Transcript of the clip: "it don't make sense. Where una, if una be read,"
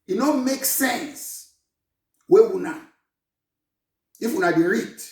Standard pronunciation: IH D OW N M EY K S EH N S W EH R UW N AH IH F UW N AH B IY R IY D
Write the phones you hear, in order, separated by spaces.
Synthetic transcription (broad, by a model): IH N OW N M EY K S EH N S W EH W UW N AH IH F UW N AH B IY R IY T